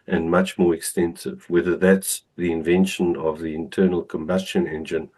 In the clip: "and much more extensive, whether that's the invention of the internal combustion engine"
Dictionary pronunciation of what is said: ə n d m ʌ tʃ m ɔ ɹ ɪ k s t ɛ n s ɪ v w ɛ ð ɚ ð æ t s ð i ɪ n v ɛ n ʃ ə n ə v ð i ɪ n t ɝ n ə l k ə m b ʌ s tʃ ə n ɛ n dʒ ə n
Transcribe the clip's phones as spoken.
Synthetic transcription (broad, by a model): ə n m ʌ tʃ m ɔ ɹ ɪ k s t ɛ n s ɪ v w ɛ ð ɚ ð æ t s ð i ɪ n v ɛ n ʃ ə n ə v ð i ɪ n t ɝ n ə l k ə m b ʌ s tʃ ə n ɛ n dʒ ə n